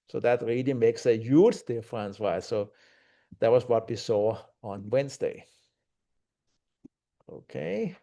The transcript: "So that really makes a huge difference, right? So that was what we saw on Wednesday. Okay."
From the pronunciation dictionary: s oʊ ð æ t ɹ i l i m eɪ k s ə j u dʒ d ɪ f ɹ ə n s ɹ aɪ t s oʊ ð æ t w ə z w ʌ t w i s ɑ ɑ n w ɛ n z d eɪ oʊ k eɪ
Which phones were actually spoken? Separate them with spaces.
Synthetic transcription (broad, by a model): s oʊ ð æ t ɹ i l i m eɪ k s ə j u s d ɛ f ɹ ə n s w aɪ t s oʊ ð æ t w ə s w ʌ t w i s ɑ ɑ n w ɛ n s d eɪ oʊ k eɪ